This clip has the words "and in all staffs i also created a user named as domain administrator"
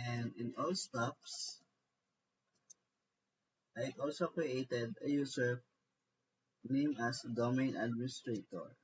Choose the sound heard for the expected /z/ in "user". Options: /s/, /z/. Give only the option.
/s/